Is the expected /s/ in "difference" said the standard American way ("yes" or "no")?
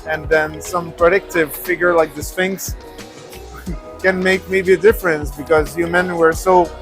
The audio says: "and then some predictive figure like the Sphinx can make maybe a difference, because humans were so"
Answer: yes